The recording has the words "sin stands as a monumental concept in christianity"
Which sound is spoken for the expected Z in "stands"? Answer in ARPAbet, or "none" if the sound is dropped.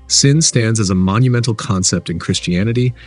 Z